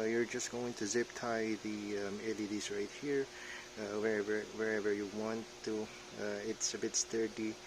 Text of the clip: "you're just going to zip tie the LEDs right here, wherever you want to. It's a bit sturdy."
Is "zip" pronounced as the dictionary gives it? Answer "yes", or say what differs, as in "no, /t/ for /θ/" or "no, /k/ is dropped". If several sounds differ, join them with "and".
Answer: yes